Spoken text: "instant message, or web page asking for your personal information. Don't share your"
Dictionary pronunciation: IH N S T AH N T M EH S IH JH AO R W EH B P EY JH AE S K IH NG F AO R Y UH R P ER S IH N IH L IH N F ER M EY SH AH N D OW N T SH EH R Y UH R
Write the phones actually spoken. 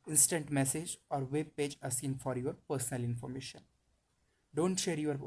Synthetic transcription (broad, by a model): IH N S T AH N T M EH S IH JH AO R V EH B P EY JH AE S IH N F AO R Y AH R P ER S IH N IH L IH N F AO M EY SH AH N D OW N T SH EH R Y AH R